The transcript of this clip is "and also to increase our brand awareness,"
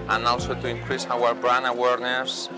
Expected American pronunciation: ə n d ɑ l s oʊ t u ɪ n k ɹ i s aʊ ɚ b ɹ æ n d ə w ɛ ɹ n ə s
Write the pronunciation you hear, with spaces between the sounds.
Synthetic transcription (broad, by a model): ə n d ɑ l s oʊ t u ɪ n k ɹ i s aʊ ɚ b ɹ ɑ n ə w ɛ ɹ n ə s